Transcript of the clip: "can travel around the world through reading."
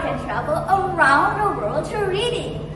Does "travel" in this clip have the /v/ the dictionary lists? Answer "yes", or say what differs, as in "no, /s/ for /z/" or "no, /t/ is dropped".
no, /b/ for /v/